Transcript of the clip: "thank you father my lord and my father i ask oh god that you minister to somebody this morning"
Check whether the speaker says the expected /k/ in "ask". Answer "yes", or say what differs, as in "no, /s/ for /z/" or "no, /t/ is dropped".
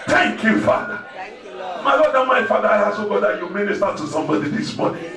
no, /k/ is dropped